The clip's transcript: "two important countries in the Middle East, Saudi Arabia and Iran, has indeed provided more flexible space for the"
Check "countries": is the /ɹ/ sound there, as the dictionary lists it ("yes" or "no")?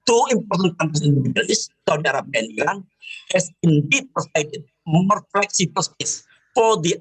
no